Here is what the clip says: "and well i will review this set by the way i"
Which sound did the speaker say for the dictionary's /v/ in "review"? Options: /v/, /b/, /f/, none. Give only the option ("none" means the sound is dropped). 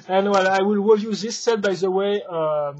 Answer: none